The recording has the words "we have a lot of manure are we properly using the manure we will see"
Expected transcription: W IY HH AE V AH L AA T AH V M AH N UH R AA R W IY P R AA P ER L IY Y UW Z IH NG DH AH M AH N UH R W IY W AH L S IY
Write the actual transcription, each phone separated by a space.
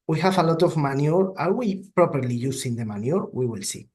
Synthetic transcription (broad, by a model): W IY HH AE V AH L AA T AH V M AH N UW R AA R W IY P R AA P ER L IY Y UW S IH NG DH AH M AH N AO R W IY W AH L S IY